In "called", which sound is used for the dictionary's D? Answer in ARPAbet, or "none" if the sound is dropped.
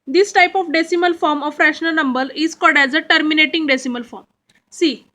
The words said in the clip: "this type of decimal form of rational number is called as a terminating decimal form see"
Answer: D